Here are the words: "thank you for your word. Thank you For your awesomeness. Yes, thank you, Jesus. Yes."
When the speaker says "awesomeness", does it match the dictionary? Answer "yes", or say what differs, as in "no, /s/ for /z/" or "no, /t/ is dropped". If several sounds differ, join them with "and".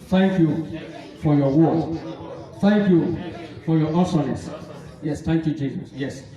no, /m/ is dropped